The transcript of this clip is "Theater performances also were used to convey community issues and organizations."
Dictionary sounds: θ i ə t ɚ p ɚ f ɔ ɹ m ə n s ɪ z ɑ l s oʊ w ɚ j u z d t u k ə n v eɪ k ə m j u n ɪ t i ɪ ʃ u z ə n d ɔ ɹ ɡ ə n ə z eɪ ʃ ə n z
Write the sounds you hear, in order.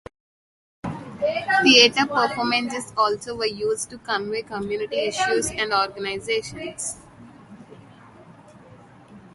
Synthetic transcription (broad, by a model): t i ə t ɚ p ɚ f ɔ m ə n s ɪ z ɑ l s oʊ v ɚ j u z d t u k ə n v eɪ k ə m j u n ɪ t i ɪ ʃ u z ə n d ɔ ɹ ɡ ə n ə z eɪ ʃ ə n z